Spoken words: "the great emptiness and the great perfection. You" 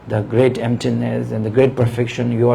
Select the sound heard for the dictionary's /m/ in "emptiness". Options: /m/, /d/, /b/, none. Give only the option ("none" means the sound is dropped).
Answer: /m/